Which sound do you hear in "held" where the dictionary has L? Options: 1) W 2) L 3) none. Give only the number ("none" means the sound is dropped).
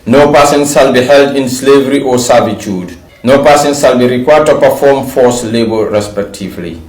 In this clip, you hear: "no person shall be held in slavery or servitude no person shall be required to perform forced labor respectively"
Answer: 2